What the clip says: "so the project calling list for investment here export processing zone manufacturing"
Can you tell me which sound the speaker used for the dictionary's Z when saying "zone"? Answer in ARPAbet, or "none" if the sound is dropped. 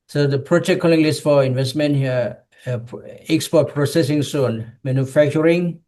S